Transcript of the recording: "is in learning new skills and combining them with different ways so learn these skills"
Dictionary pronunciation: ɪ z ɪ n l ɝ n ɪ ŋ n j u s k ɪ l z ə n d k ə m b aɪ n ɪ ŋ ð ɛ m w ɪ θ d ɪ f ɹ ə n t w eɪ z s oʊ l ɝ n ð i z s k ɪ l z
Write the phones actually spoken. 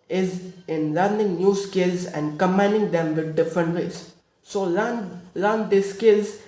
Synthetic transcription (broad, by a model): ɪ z ɪ n l ɝ n ɪ ŋ n j u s k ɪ l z ə n d k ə m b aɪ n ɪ ŋ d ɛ m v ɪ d d ɪ f ɹ ə n t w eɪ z s oʊ l ɝ n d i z s k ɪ l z